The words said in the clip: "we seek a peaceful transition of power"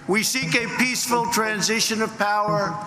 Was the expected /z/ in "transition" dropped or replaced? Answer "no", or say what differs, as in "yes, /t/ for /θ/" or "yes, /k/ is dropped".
no